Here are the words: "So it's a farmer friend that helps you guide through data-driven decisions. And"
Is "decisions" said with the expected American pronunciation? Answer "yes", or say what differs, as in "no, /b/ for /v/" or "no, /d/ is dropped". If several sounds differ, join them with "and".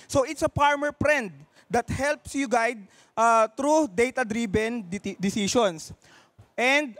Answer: no, /s/ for /ʒ/